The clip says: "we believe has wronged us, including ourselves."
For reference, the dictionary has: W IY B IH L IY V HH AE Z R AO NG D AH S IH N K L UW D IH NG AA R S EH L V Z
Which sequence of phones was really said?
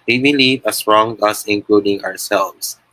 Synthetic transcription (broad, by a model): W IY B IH L IY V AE S R AO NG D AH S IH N K L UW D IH NG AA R S EH L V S